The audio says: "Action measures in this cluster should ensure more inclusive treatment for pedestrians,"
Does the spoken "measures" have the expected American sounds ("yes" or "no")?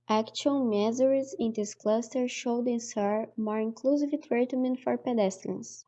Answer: no